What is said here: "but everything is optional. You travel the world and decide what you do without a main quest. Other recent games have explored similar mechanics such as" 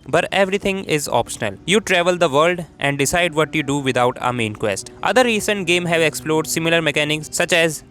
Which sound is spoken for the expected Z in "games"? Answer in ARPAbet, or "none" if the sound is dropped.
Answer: none